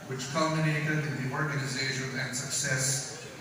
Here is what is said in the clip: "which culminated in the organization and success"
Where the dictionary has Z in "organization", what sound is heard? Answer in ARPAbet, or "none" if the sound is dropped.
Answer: Z